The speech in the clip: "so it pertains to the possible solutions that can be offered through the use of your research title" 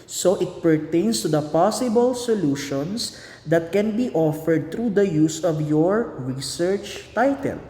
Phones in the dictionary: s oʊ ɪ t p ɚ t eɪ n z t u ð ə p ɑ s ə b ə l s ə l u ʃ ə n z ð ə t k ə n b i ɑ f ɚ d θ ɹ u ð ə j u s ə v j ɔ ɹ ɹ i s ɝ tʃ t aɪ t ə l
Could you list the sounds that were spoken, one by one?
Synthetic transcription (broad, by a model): s oʊ ɪ t p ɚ t eɪ n s t u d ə p ɑ s ə b ə l s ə l u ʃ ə n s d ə t k ə n b i ɑ f ɚ d t ɹ u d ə j u s ə v j ɔ ɹ ɹ i s ɝ tʃ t aɪ t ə l